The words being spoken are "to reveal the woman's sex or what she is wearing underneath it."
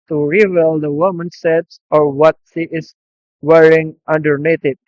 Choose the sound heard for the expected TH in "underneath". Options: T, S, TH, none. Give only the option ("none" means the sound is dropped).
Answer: T